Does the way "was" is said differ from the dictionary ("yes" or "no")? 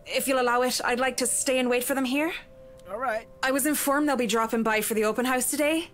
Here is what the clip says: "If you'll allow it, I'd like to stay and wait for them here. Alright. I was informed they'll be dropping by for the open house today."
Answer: no